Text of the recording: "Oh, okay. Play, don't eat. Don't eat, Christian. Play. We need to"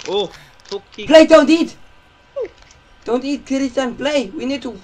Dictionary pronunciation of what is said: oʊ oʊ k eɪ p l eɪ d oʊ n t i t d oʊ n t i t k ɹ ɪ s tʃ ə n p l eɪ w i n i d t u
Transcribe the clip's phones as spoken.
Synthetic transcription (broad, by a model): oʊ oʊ p l eɪ d oʊ n t i t d oʊ n t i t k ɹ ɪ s ə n p l eɪ w i n i d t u